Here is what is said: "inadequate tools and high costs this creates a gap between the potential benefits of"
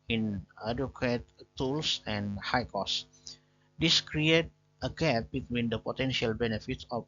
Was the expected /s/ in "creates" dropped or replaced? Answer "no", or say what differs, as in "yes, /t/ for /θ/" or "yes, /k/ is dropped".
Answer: yes, /s/ is dropped